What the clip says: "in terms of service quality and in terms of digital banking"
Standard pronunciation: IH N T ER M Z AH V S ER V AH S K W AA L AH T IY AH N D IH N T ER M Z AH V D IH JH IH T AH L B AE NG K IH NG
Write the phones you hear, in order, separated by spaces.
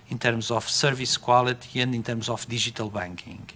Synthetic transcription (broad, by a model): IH N T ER M Z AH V S ER V AH S K W AA L AH T IY AH N D IH N T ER M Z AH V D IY ZH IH T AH L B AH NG K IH NG